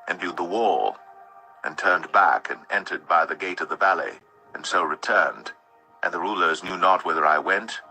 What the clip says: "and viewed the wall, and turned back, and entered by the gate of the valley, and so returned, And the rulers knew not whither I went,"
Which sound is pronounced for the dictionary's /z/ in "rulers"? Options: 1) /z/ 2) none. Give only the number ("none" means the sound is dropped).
1